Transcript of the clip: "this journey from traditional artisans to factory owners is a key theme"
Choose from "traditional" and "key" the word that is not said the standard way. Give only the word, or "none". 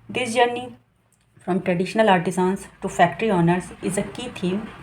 none